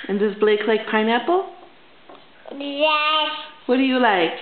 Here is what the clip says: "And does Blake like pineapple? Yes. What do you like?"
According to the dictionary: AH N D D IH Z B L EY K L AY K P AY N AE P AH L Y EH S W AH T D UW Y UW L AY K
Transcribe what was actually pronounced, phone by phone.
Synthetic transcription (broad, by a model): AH N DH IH S B L EY K L AY K P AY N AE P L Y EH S W AH T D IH Y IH L AY K